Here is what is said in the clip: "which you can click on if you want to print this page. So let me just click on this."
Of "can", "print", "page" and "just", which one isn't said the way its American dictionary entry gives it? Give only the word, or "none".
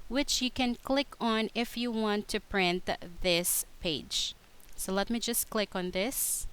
none